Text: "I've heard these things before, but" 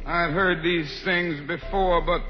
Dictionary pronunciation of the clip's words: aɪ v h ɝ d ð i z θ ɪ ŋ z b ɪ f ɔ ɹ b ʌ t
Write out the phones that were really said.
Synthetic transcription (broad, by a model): aɪ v h ɝ d ð i z θ ɪ ŋ z b ɪ f ɔ ɹ b ʌ t